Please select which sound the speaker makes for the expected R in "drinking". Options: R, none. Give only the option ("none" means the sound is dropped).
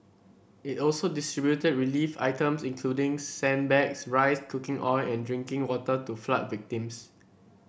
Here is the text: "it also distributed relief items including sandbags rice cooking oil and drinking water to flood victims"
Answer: R